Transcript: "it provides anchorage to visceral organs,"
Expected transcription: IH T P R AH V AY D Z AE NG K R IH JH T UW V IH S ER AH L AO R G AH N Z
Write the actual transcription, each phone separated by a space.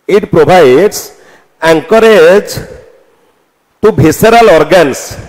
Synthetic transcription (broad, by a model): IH T P R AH B AY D S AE NG K R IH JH T UW B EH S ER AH L AO R G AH N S